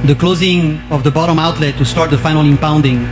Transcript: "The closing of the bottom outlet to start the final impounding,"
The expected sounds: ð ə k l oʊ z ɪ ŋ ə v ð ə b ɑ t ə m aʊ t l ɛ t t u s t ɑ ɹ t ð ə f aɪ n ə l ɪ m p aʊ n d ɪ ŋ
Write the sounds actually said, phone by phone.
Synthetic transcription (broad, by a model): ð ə k l oʊ z ɪ ŋ ə v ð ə b ɑ t ə m aʊ t l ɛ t t u s t ɑ ɹ t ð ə f aɪ n ə l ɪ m p aʊ n d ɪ ŋ